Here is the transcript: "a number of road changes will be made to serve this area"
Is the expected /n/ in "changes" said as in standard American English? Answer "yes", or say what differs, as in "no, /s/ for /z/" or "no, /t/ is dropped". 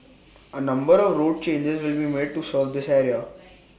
yes